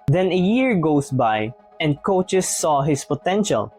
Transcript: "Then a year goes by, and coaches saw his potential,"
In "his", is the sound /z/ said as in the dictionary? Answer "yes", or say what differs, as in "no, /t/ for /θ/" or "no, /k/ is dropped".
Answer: no, /s/ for /z/